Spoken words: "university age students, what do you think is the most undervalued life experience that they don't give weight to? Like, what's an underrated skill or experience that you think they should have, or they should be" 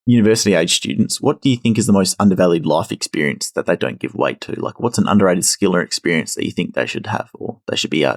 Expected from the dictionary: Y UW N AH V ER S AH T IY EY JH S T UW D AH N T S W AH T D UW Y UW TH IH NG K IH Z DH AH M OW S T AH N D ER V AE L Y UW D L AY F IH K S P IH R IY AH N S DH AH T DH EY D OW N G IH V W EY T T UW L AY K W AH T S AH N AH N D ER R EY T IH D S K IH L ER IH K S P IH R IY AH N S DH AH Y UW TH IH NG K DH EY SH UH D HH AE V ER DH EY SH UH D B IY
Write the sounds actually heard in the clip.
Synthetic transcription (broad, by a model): Y UW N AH V ER S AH T IY EY JH S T UW D N T S W AH T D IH Y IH TH IH NG K IH Z DH AH M OW S T AH N D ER V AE L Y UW D L AY F IH K S P IH R IY AH N S DH AH T DH EY D OW N G IH V W EY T T UW L AY K W AH T S N AH N D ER R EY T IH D S K IH L ER IH K S P IH R IY AH N S DH AH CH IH TH IH NG K DH EY SH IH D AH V ER DH EY SH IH D B IY